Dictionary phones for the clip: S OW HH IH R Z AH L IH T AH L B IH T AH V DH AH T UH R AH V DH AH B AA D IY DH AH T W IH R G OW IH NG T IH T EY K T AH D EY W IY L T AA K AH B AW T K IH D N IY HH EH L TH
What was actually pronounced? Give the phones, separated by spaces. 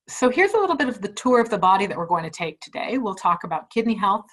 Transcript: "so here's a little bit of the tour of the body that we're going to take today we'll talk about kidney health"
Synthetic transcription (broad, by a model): S OW HH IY R Z AH L IH T L B IH T AH V DH AH T UH R AH V DH AH B AA D IY DH AH T W IH R G OW IH NG T IH T EY K T AH D EY W IY L T AA K AH B AW T K IH D N IY HH EH L TH